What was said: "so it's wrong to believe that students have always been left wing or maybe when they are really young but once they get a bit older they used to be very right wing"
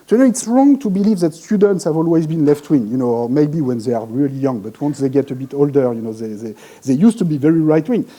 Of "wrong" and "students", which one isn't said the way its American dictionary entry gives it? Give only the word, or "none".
none